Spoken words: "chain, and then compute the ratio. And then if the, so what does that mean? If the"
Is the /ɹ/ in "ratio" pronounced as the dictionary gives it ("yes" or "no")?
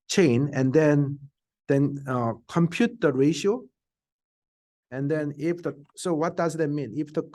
yes